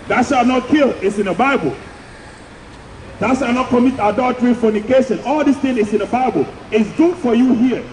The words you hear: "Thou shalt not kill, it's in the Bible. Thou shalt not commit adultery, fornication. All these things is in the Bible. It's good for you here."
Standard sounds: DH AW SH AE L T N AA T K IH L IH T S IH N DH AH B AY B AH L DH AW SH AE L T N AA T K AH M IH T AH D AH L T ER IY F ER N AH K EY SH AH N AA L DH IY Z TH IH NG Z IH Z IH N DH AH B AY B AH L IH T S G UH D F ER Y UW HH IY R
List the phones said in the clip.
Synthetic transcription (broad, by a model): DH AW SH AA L N AA T K IH L IH T S IH N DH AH B AY B AH L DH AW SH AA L N AA T K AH M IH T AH D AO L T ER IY F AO N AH K EY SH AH N AA L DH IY S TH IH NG IH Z IH N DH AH B AY B AH L IH T S G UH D F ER Y UW HH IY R